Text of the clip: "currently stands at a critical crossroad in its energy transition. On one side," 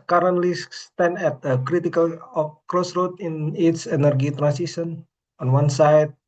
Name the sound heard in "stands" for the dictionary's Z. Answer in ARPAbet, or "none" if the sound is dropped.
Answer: none